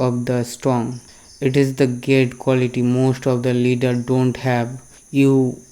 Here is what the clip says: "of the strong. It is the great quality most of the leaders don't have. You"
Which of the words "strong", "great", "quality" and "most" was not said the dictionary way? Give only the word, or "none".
great